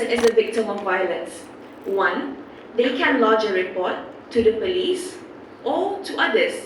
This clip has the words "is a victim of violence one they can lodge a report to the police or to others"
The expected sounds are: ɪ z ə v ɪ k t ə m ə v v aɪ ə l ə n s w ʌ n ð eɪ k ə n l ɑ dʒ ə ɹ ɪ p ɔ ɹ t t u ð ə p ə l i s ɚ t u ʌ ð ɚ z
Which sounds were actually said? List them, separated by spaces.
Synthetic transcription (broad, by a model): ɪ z ə v ɪ k t ə m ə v v aɪ ə l ə n s w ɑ n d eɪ k ə n l ɑ dʒ ə ɹ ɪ p ɔ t t u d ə p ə l i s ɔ t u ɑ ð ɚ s